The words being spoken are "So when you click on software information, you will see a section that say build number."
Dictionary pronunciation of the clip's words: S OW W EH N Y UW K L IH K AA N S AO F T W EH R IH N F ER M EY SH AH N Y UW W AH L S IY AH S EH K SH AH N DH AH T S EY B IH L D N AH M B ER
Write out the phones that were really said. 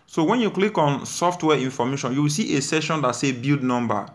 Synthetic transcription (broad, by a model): S OW W EH N Y UW K L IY K AA N S AO F T W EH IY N F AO M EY SH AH N Y UW W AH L S IY AH S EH SH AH N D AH T S EY B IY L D N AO M B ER